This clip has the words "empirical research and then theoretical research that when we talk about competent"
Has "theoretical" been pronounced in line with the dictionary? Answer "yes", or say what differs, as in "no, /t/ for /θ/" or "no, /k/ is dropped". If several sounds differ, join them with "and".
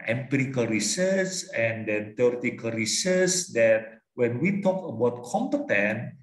no, /t/ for /θ/